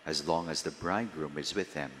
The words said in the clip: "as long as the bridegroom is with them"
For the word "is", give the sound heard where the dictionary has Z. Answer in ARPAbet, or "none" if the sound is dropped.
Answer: Z